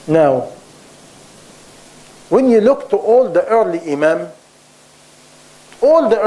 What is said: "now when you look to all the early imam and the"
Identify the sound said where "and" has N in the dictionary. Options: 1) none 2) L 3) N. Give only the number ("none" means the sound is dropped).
2